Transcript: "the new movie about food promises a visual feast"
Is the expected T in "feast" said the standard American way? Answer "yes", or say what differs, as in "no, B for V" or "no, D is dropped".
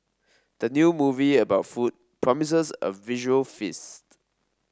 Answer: yes